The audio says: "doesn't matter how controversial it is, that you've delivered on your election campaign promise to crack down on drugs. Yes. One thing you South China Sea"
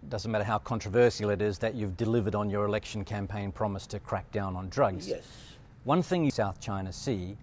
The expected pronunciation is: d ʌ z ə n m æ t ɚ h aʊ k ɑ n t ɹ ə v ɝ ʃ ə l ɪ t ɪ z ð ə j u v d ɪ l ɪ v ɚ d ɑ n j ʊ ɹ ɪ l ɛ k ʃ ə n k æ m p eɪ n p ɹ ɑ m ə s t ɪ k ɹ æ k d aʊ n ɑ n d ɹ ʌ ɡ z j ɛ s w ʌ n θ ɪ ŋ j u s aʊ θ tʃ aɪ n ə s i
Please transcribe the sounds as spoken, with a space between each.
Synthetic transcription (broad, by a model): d ʌ z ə n m æ t ɚ h aʊ k ɑ n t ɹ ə v ɝ s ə l ɪ t ɪ z ð ə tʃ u v d ɪ l ɪ v ɚ d n j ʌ ɹ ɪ l ɛ k ʃ n k æ m p eɪ n p ɹ ɑ m ə s t ɪ k ɹ æ k d aʊ n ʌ n d ɹ ʌ ɡ z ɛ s w ʌ n θ ɪ ŋ j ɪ s aʊ θ tʃ aɪ n ə s i